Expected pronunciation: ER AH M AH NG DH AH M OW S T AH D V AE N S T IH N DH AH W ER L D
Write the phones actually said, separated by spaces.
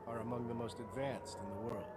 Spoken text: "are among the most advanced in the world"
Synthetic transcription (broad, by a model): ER AH M AH NG DH AH M OW S T AH D V AE N S T IH N DH AH W ER L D